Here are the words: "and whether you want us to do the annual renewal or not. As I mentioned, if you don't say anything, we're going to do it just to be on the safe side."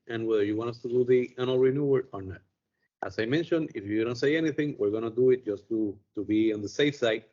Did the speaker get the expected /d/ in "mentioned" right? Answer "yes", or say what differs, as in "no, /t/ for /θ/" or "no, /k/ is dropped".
yes